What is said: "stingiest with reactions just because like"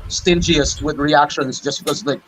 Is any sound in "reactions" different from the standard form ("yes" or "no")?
no